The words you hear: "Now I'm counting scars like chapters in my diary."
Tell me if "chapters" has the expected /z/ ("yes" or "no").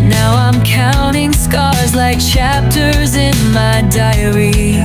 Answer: yes